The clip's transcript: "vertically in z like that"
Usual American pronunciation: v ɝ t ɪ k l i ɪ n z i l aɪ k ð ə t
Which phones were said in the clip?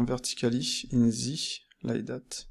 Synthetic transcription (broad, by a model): v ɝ t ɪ k l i ɪ n z i l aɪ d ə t